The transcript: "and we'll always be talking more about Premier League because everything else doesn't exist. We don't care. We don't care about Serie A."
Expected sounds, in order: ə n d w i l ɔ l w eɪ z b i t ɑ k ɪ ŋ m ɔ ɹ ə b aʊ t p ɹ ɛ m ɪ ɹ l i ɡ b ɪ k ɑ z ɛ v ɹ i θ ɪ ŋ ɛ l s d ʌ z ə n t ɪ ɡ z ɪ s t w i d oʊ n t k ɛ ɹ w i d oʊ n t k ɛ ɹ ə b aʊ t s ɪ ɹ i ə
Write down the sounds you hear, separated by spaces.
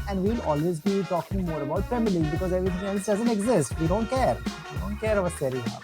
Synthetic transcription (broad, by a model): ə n d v i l ɔ l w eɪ z b i t ɑ k ɪ ŋ m ɔ ɹ ə b aʊ t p ɹ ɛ m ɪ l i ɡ b ɪ k ɑ z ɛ v ɹ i t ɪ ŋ ɛ l s d ʌ z ə n t ɪ ɡ z ɪ s t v i d oʊ n t k ɛ ɹ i d oʊ n t k ɛ ɹ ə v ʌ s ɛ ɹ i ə